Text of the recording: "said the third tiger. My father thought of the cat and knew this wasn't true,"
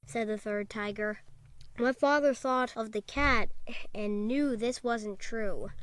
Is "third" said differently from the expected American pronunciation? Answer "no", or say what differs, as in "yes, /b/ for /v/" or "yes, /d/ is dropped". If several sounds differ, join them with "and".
no